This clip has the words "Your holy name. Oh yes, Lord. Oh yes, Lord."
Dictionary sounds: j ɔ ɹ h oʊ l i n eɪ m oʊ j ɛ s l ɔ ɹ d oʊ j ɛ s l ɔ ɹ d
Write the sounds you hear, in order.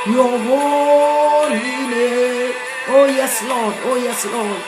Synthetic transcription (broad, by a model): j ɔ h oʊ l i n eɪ oʊ j ɛ s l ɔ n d oʊ j ɛ s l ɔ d